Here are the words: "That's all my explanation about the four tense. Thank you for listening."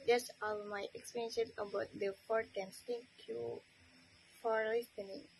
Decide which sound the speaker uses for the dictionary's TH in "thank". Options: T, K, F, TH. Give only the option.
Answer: T